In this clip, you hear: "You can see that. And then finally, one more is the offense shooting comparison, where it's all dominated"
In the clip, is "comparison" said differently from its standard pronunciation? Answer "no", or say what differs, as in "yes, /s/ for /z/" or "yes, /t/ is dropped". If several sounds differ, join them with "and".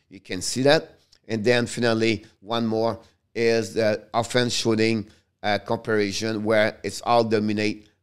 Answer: yes, /ʃ/ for /s/